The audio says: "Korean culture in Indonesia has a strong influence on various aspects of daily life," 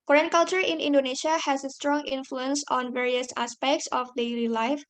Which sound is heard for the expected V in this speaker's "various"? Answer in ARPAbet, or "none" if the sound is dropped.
V